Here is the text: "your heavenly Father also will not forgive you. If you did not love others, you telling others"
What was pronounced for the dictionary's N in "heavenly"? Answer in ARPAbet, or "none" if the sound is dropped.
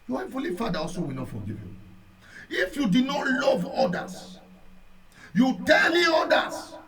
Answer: none